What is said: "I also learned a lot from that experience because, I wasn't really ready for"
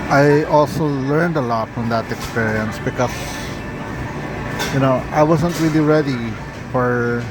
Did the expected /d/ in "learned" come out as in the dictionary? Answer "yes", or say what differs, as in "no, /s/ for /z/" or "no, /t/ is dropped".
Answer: yes